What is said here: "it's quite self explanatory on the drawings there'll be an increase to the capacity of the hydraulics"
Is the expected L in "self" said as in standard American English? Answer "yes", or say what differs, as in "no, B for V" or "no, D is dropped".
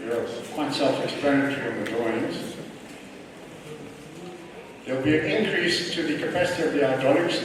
yes